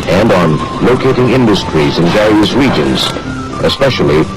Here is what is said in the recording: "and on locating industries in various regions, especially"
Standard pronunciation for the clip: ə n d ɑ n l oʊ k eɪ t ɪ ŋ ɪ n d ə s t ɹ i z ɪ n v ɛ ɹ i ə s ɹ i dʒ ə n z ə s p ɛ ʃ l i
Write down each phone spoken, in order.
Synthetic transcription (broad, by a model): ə n d n l oʊ k eɪ t ɪ ŋ ɪ n d ə s t ɹ i z ɪ n v ɛ ɹ i ə s ɹ i dʒ ə n z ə s p ɛ ʃ l i